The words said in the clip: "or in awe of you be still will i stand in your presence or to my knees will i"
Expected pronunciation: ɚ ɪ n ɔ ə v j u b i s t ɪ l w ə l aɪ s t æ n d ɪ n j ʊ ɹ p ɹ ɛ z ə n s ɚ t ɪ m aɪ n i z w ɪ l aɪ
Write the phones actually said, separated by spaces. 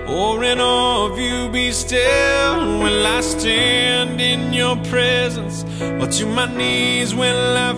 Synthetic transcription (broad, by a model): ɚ ɪ n ɔ ə v j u b i s t ɪ l w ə n aɪ s t æ n d ɪ n j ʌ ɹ p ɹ ɛ z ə n s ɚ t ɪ m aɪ n i z w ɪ n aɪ